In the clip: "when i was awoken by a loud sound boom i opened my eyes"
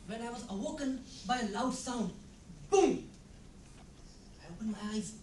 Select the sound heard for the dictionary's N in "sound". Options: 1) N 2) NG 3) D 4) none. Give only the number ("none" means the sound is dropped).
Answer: 1